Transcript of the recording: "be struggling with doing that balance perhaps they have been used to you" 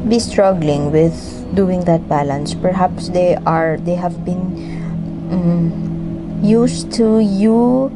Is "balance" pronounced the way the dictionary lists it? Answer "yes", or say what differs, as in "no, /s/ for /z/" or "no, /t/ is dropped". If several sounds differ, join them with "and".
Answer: yes